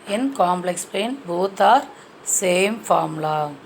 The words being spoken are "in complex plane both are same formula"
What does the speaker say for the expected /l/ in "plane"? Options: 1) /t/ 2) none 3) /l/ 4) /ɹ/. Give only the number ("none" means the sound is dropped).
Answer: 2